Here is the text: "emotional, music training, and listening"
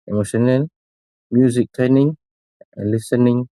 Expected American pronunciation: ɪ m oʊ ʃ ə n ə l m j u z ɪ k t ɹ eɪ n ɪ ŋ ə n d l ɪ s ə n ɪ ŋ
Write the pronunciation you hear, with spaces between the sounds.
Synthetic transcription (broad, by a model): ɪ m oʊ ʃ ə n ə l m j u z ɪ k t eɪ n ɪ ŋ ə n l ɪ s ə n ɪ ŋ